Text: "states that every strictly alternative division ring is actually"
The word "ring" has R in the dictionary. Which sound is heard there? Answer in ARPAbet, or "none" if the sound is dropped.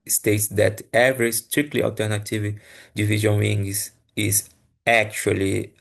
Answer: W